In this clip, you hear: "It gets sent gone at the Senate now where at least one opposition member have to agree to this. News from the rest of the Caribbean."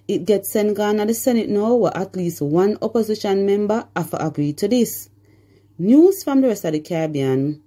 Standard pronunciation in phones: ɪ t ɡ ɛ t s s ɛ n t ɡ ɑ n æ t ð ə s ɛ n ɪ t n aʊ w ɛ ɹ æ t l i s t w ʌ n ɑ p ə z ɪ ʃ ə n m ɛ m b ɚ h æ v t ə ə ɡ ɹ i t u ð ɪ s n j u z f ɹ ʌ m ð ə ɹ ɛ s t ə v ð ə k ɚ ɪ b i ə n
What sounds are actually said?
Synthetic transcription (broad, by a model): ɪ t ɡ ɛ t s s ɛ n t ɡ ɑ n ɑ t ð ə s ɛ n ɪ t n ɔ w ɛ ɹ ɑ t l i s t w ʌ n ɑ p ə z ɪ ʃ ə n m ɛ m b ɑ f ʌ t ə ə ɡ ɹ i t u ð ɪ s n j u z f ɹ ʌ m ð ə ɹ ɛ s t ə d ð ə k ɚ b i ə n